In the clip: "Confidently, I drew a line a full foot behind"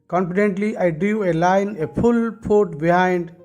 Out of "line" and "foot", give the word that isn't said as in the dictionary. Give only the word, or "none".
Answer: foot